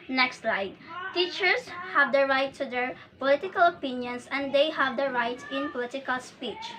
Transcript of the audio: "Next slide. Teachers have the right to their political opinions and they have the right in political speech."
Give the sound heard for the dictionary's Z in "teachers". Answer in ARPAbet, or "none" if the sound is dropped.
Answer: S